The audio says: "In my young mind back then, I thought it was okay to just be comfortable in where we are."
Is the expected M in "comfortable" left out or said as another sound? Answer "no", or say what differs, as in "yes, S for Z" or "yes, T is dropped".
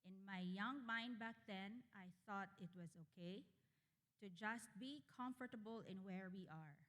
no